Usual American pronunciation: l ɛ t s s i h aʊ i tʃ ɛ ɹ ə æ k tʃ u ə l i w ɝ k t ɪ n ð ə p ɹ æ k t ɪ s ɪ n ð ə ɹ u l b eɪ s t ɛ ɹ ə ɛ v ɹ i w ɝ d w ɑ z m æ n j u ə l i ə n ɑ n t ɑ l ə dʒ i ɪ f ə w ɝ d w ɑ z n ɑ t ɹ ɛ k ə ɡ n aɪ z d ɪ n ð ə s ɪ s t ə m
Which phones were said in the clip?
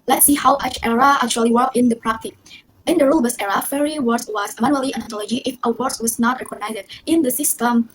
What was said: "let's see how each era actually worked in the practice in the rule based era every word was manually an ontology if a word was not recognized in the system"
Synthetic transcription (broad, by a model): l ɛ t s s i h aʊ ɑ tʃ ɛ ɹ ə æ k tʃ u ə l i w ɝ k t ɪ n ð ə p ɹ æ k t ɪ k ɪ n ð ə ɹ u l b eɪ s ɛ ɹ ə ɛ ɹ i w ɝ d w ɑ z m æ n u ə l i ə n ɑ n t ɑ l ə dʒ i ɪ f ə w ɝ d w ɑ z n ɑ t ɹ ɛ k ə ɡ n aɪ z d ɪ n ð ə s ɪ s t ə m